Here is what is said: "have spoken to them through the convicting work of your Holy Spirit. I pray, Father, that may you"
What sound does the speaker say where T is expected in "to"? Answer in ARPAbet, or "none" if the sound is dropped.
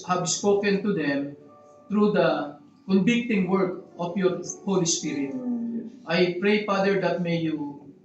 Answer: T